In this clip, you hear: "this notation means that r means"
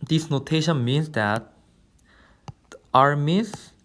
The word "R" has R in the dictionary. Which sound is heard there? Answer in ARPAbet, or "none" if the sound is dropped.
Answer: R